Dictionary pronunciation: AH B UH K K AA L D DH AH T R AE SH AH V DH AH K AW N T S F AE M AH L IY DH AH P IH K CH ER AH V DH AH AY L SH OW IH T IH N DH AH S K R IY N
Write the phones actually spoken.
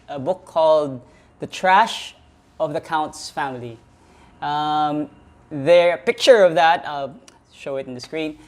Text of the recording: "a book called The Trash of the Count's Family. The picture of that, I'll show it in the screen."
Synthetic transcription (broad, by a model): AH B UH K K AA L D DH AH T R AE SH AH V DH AH K AW N T S F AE M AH L IY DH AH P IH K CH ER AH V DH AH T SH OW IH T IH N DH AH S K R IY N